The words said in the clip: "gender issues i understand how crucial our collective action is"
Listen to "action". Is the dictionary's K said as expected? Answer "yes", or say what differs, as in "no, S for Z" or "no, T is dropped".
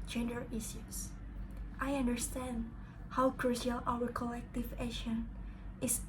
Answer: no, K is dropped